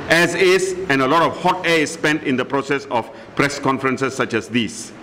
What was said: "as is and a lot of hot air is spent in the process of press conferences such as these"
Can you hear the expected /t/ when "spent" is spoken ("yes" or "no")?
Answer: yes